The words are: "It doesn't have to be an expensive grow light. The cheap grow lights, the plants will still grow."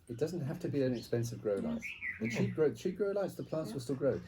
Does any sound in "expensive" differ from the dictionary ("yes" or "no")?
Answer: no